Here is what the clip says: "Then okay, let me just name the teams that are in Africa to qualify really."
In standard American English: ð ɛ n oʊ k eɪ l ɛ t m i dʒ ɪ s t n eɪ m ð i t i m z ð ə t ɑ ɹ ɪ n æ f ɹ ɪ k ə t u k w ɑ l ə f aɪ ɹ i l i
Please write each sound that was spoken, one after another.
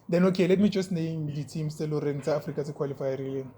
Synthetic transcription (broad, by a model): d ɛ n oʊ k eɪ l ɛ t m i dʒ ɪ s t n eɪ m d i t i m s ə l ɑ ɹ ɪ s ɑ f ɹ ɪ k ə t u k w ɑ l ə f aɪ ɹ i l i